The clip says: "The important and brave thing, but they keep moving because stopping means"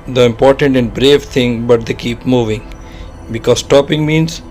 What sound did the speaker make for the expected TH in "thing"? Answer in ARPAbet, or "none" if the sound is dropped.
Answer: T